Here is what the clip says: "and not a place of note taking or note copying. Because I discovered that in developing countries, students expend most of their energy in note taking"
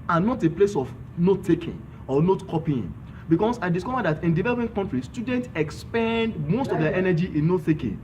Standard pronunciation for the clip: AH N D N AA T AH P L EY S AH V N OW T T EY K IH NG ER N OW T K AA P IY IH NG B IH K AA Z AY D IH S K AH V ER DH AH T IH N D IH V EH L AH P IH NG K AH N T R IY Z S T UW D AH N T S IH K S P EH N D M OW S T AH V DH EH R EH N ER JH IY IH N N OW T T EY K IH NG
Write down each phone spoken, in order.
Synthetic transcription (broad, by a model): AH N N AA T AH P L EY S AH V N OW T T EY K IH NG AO N OW T K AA P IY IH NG B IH K AA S AY D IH S K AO V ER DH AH T IH N D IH V EH L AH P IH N K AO N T R IY S T UW D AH N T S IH K S P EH N D M OW S T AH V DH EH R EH N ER JH IY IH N N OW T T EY K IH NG